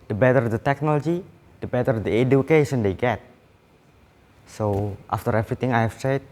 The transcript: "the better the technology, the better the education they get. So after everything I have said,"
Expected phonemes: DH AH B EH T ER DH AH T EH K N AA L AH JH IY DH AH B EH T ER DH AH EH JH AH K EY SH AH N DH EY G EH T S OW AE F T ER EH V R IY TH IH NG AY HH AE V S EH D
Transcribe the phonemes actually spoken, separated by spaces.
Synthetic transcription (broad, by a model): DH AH B EH T ER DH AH T EH K N AA L AH JH IY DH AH B EH T ER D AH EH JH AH K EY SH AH N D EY G EH T S OW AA F T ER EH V R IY T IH NG AY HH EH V S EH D